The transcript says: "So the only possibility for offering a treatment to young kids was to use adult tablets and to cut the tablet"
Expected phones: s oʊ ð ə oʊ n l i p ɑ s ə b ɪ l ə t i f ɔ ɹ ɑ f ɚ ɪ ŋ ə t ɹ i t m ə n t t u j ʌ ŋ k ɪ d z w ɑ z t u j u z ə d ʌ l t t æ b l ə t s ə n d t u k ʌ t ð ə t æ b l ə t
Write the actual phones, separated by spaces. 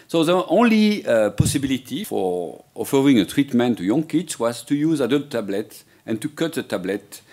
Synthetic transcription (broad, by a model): s oʊ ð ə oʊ n l i p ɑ s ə b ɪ l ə t i f ɔ ɹ ɑ f ɚ ɪ ŋ ə t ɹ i t m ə n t t u j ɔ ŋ k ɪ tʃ w ɑ z t u j u z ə d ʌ l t t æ b l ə t ə n t u k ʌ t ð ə t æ b l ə t